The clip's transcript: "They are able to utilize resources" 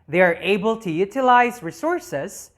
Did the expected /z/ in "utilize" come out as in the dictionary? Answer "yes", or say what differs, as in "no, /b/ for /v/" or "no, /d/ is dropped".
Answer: yes